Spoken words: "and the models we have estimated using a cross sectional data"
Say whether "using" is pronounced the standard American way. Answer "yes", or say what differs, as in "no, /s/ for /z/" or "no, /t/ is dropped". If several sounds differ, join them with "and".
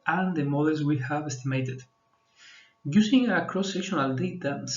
no, /s/ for /z/